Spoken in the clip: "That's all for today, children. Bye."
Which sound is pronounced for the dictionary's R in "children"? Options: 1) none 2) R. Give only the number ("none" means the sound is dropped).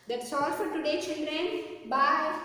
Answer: 2